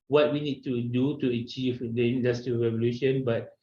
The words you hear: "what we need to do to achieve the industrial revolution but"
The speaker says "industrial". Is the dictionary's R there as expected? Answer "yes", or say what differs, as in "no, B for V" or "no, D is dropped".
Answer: no, R is dropped